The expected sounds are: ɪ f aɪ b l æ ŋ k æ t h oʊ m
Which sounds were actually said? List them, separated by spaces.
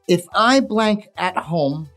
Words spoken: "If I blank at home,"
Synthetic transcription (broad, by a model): ɪ f aɪ b l æ ŋ k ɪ t h oʊ m